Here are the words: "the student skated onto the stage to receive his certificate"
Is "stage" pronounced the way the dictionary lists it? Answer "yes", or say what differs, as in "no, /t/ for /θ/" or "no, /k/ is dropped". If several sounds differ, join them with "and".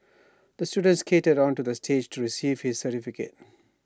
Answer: yes